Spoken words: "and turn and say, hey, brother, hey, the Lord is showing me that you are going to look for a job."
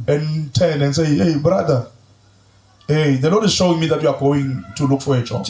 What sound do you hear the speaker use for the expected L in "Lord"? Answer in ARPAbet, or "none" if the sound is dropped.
N